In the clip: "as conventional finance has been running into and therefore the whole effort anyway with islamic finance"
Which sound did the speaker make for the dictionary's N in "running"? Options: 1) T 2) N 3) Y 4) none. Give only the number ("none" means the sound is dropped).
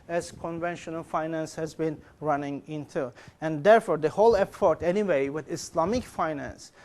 2